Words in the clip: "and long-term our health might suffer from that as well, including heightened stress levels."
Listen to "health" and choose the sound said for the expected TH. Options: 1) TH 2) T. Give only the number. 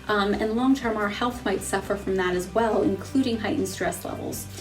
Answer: 1